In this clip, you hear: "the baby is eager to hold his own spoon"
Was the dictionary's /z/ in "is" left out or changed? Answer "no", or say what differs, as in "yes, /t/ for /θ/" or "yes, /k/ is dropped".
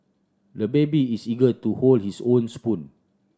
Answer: yes, /s/ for /z/